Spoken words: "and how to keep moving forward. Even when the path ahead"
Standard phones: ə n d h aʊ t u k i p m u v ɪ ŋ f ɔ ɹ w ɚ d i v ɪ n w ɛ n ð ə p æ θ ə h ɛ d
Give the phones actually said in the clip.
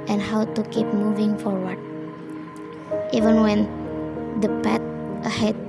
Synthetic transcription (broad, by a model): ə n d h aʊ t u k i p m u v ɪ ŋ f ɔ ɹ w ɚ d i v ɪ n w ɛ n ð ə p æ t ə h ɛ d